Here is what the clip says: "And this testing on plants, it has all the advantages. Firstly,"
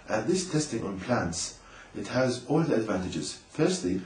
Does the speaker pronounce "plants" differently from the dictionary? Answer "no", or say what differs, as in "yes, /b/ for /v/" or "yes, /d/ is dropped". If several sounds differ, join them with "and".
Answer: no